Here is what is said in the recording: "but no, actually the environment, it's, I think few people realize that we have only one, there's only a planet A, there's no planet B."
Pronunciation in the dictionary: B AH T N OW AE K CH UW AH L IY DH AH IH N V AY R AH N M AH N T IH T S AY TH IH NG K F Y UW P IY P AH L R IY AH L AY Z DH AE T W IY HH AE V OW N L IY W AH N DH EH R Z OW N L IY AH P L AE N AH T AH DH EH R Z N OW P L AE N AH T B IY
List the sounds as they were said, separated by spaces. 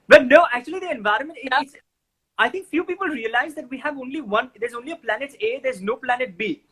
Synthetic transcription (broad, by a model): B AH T N OW AE K CH UW AH L IY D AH IH N V AY R AH N M AH N T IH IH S AY T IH NG K F Y UW P IY P AH L R IY AH L AY Z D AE T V IY HH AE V OW N L IY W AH N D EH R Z OW N L IY AH P L AE N AH T AH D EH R Z N OW P L AE N AH T B IY